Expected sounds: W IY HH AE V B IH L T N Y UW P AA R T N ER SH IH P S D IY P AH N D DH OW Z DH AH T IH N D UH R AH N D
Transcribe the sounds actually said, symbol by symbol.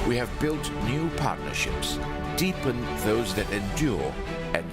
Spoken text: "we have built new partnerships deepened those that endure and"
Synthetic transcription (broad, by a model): W IY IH V B IH L T N Y UW P AA R T N ER SH IH P S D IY P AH N DH OW Z DH AH T IH N D UH R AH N